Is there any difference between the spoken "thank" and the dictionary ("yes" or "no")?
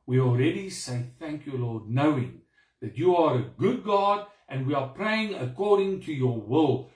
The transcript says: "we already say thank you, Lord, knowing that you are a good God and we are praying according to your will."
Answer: no